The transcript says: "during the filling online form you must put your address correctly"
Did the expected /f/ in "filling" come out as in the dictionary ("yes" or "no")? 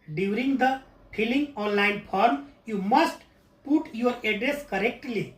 no